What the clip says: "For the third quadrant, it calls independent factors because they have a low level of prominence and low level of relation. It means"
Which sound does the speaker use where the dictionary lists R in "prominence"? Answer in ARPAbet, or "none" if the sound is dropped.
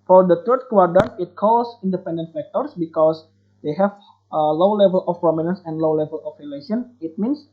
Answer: R